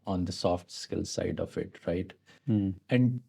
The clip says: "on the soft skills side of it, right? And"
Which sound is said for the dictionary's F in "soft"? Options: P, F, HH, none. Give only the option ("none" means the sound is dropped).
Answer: F